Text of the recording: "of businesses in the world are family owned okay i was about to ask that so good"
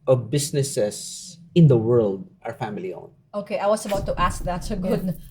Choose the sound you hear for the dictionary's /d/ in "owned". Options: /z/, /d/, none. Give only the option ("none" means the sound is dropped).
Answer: none